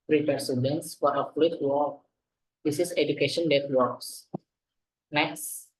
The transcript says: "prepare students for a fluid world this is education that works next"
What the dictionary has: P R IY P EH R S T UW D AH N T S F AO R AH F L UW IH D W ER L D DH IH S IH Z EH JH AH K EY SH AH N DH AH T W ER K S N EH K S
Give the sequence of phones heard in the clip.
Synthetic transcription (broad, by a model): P R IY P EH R S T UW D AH N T S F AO R AH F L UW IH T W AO D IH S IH S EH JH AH K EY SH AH N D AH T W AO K S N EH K S